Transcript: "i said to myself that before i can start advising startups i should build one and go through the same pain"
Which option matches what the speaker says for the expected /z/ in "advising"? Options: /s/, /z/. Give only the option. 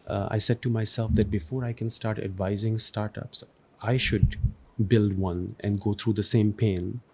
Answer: /z/